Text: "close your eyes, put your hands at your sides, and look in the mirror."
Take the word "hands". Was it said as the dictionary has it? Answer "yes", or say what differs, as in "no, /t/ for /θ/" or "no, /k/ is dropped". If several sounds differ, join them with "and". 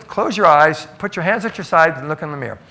yes